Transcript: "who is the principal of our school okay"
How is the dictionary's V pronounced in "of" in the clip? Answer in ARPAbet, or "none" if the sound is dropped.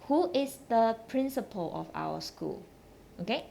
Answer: F